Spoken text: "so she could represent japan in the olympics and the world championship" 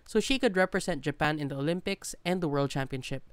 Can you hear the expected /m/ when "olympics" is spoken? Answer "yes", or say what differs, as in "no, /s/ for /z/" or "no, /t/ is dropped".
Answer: yes